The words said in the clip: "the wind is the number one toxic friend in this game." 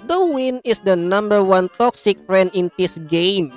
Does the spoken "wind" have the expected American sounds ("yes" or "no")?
no